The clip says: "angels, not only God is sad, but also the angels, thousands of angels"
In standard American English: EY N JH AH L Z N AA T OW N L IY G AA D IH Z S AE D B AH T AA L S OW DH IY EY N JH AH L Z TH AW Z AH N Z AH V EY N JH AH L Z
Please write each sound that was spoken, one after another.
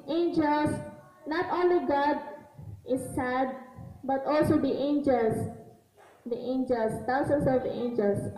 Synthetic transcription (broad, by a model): EY N JH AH L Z N AA T OW N L IY G AA D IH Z S AE D B AH T AA L S OW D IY EY N JH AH L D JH AW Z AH N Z AH V EY N JH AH L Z